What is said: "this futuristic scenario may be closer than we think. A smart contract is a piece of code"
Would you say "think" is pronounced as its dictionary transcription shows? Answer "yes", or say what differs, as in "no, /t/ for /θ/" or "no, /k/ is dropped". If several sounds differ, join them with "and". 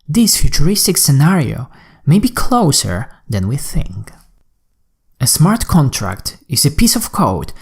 yes